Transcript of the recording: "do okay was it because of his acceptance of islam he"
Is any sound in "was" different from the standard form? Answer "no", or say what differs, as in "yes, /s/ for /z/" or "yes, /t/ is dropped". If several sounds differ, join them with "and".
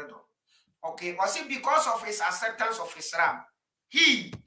yes, /s/ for /z/